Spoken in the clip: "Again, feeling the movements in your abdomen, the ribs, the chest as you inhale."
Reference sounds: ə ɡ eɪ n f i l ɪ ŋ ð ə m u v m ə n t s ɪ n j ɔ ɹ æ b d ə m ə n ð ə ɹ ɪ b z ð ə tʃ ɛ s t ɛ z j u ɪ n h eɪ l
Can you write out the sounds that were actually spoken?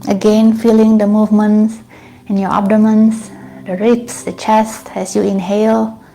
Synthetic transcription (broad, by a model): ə ɡ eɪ n f i l ɪ ŋ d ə m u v m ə n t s ɪ n j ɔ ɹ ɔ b d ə m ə n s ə ɹ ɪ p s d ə tʃ ɛ s t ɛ s j u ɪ n h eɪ l